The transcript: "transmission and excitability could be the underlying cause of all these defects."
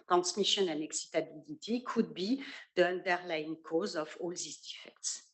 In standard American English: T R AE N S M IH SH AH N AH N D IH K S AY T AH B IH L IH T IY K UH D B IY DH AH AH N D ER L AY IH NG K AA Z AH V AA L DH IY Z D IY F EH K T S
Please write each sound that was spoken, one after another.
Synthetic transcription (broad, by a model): T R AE N S M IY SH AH N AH N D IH K S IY T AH B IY L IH T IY K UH D B IY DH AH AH N D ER L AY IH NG K AA Z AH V AA L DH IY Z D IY F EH K T S